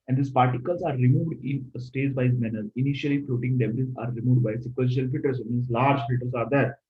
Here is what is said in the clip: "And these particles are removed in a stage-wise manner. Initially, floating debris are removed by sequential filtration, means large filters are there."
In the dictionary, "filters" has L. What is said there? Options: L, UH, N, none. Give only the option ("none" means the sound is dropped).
none